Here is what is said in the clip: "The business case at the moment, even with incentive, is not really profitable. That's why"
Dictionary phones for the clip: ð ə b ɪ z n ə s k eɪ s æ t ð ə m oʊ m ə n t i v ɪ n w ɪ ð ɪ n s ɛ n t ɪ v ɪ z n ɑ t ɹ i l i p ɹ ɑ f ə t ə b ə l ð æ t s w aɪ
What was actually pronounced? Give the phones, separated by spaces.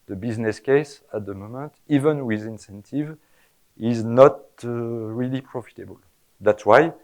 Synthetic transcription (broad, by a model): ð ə b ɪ z n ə s k eɪ s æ t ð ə m oʊ m ə n t i v ɪ n w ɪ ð ɪ n s ɛ n t ɪ v ɪ z n ɑ t ɹ i l i p ɹ ɑ f ə t ə b ə l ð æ t s w aɪ